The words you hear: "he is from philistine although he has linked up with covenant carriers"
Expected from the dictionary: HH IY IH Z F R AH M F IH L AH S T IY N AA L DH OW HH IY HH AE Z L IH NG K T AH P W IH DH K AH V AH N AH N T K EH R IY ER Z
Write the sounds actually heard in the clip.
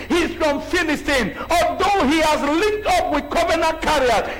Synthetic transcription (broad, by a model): HH IY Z F R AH M F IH N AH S T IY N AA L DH OW HH IY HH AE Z L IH K T AH P W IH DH K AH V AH N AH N K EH R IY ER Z